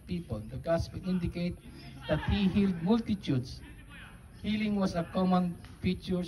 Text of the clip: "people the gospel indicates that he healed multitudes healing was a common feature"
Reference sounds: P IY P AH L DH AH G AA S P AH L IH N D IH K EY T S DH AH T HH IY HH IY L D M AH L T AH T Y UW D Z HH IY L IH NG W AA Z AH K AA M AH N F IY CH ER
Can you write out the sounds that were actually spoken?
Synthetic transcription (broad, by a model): P IY P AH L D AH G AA S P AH N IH N D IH K EY T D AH T HH IY HH IY L D M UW L T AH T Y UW D S HH IY L IH NG W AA S AH K AA M AH N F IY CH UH